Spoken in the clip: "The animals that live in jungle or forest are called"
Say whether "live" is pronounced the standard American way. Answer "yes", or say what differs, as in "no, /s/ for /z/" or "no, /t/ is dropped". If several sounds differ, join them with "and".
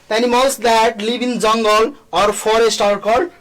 no, /b/ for /v/